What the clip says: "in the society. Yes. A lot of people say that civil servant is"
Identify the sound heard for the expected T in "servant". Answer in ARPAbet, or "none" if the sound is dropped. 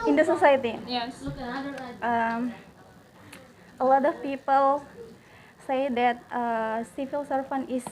none